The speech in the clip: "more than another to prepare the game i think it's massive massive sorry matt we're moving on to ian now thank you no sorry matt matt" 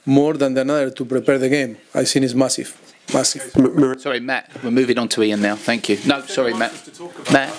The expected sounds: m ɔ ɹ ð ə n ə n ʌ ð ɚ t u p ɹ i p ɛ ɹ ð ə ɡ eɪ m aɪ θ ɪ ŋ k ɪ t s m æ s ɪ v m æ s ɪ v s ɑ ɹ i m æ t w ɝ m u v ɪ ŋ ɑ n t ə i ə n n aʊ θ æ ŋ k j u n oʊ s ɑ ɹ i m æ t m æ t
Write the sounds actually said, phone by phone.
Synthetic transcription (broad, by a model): m ɔ ɹ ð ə n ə n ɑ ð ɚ t u p ɹ i p ɛ ɹ ð ə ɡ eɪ m aɪ s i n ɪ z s m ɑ s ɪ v m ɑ s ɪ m s ɑ ɹ i m æ t w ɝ m u v ɪ ŋ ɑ n t ə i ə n n aʊ θ æ ŋ k j u n oʊ s ɑ ɹ i m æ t m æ t